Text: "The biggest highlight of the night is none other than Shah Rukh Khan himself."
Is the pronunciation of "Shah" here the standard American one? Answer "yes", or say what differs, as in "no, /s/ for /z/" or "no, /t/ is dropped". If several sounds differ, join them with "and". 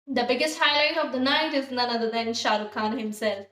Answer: yes